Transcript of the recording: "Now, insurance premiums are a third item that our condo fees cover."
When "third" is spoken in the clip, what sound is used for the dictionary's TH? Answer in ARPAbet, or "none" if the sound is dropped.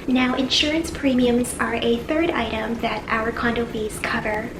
TH